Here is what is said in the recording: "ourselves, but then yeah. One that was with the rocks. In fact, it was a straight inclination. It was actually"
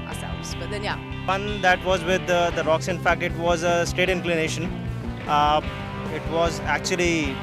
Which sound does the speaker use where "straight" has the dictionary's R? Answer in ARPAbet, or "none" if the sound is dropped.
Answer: none